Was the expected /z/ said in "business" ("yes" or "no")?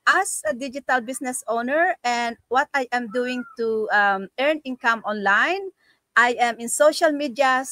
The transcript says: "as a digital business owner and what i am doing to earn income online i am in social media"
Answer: no